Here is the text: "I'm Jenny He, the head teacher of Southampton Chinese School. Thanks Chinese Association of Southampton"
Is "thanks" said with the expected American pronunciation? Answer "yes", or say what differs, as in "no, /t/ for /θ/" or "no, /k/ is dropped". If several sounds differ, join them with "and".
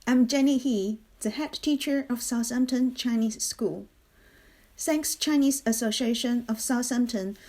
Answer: no, /s/ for /θ/